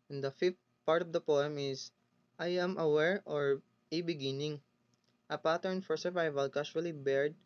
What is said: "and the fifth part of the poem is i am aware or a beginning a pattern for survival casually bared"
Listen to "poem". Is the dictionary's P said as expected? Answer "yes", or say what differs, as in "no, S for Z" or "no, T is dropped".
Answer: yes